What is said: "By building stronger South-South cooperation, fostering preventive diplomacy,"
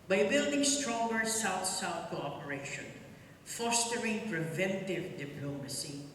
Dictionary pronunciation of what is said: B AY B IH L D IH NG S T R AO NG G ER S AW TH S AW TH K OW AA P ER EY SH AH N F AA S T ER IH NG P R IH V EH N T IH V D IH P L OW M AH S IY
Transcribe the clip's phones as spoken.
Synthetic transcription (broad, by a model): B AY B IH L D IH NG S T R AO NG G ER S AW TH S AW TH K OW AA P ER EY SH AH N F AA S T ER IH NG P R IH V EH N T IH V D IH P L OW M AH S IY